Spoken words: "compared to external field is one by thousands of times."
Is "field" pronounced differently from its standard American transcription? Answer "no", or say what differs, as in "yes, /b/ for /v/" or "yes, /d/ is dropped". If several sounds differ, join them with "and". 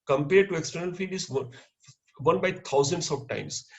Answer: yes, /l/ is dropped